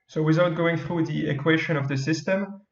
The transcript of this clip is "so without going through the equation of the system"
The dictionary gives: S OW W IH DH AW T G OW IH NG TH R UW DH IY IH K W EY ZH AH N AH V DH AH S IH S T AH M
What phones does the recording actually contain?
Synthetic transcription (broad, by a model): S OW W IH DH AW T G OW IH NG TH R UW DH IY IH K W EY SH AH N AH V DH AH S IH S T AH M